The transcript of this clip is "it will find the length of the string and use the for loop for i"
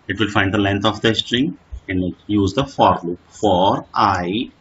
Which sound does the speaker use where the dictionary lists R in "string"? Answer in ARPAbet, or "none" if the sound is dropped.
R